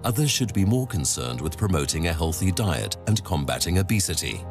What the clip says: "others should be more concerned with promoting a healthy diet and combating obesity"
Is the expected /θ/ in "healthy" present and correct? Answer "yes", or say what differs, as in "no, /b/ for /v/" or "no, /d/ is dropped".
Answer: yes